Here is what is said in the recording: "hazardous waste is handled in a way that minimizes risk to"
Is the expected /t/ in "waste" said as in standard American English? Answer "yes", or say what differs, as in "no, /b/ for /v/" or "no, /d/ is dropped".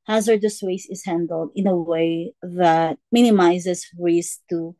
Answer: no, /t/ is dropped